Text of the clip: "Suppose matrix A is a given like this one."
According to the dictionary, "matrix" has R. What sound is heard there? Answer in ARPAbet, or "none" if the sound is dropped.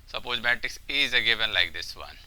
none